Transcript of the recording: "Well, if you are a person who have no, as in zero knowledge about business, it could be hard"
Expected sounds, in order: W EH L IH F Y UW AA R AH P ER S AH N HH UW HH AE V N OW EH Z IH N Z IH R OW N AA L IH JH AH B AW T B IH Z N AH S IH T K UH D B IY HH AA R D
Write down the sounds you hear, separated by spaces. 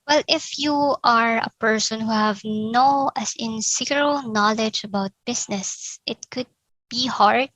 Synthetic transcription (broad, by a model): W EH L IH F Y UW AA R AH P ER S AH N HH UW HH AE V N OW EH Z IH N S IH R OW N AA L IH JH AH B AW T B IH S N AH S IH T K UH D B IY HH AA R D